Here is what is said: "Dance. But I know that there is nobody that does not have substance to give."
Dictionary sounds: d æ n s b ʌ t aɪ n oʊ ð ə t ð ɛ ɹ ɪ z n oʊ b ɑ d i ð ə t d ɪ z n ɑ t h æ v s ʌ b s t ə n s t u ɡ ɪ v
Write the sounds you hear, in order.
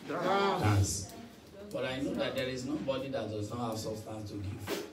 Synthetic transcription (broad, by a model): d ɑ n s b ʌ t aɪ n oʊ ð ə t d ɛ ɹ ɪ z n oʊ b ɑ d i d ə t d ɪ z n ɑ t h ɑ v s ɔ s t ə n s t u ɡ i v